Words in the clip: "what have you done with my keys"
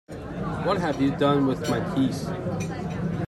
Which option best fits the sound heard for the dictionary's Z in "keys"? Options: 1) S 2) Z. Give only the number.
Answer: 1